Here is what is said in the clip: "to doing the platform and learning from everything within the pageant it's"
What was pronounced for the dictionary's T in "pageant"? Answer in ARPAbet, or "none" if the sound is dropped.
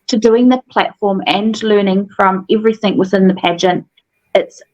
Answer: T